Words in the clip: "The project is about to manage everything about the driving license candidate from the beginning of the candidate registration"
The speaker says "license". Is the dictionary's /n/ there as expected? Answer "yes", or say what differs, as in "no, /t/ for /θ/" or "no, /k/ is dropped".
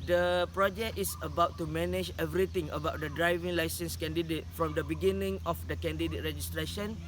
yes